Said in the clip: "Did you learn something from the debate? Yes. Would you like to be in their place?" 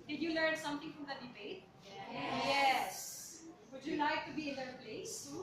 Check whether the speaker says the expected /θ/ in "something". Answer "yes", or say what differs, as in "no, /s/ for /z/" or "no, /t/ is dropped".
no, /t/ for /θ/